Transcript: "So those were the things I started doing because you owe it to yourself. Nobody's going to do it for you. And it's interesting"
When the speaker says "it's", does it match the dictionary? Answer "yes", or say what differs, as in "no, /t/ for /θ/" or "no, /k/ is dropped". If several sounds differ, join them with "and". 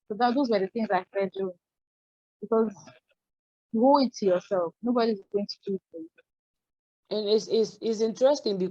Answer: no, /s/ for /t/